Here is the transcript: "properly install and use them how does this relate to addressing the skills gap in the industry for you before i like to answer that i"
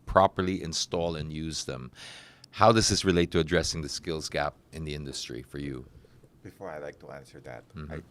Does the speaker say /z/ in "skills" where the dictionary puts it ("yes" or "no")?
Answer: yes